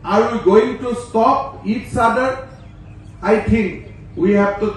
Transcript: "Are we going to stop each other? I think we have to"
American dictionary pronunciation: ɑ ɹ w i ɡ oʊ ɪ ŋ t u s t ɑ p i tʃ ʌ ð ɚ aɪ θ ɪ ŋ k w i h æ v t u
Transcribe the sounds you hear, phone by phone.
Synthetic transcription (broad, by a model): ɑ ɹ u ɡ oʊ ɪ ŋ t u s t ɑ p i s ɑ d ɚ aɪ t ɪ ŋ k w i h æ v t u